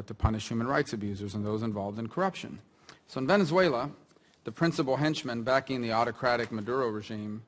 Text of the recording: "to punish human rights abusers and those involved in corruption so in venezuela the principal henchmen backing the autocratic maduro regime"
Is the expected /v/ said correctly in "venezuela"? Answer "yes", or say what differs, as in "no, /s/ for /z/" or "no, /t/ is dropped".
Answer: yes